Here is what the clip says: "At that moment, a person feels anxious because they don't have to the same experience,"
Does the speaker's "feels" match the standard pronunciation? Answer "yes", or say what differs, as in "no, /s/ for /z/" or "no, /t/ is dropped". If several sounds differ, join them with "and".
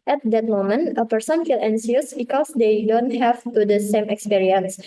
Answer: no, /z/ is dropped